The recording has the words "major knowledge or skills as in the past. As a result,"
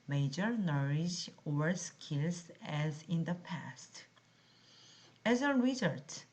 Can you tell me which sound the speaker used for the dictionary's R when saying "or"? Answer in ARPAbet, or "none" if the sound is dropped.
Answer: R